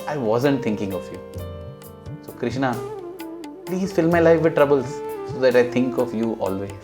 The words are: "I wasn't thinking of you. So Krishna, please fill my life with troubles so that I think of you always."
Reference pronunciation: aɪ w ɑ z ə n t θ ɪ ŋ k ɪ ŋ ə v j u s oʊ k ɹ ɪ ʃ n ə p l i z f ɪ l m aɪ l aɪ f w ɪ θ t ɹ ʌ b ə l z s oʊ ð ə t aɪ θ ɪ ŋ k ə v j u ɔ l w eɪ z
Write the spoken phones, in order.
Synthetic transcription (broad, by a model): aɪ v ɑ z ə n t t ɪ ŋ k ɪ ŋ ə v j u s oʊ k ɹ ɪ ʃ n ə p l i z f ɪ l m aɪ l aɪ f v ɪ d t ɹ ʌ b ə l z s oʊ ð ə t aɪ t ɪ ŋ k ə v j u ɔ l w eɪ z